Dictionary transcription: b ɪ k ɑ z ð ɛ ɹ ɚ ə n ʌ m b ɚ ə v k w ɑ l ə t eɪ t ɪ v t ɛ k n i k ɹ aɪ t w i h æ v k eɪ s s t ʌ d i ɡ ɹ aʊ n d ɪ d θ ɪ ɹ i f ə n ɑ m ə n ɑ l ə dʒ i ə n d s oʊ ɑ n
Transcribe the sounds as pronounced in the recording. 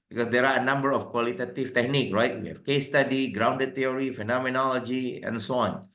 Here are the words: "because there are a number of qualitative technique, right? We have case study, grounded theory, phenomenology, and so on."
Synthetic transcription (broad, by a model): b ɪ k ɑ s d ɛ ɹ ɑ ə n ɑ m b ɚ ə f k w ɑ l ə t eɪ t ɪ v t ɛ k n i k ɹ aɪ t w i h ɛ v k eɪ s s t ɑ d i ɡ ɹ aʊ n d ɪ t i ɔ ɹ i f ə n ɑ m ə n ɑ l ə dʒ i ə n s oʊ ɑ n